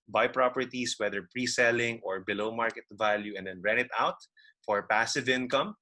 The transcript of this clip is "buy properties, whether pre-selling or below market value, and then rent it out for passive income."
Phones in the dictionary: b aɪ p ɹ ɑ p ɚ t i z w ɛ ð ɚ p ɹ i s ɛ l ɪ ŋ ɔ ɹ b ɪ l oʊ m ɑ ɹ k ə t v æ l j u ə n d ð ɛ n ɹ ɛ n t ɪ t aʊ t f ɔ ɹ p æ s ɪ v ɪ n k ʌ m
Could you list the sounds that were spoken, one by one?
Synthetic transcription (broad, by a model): b aɪ p ɹ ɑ p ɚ t i s w ɛ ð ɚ p ɹ i s ɛ l ɪ ŋ ɔ ɹ b ɪ l oʊ m ɑ ɹ k ə t v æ l j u ə n d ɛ n ɹ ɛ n ɪ t aʊ t f ɔ ɹ p æ s ɪ v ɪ n k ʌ m